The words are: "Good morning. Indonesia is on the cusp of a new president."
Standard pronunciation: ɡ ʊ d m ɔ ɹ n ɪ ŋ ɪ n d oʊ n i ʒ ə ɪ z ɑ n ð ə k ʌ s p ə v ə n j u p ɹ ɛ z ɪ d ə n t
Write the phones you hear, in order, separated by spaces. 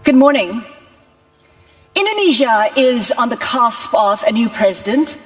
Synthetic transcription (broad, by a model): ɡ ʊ d m ɔ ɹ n ɪ ŋ ɪ n d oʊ n i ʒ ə ɪ z n ð ə k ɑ s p ə v ə n j u p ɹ ɛ z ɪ d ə n t